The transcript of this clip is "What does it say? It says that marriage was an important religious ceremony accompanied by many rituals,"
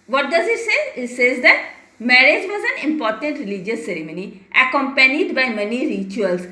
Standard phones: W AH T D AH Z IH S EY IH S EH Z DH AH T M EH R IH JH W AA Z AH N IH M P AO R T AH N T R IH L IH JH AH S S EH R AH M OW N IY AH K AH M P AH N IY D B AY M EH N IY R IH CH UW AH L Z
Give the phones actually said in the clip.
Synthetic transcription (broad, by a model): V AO T D AH Z IH S EY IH S EH Z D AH T M EH R IH JH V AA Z AH N IH M P AO R T AH N T R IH L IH JH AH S S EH R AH M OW N IY AH K AH M P AH N IY D B AY M EH N IY R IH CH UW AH L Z